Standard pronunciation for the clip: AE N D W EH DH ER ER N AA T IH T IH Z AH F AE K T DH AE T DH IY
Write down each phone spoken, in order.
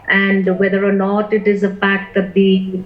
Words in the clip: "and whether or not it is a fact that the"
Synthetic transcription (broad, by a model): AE N D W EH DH ER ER N AA T IH T IH Z AH F AE K T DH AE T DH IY